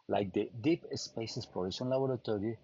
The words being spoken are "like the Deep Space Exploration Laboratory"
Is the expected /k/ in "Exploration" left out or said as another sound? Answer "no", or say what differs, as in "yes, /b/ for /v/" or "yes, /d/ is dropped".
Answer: yes, /k/ is dropped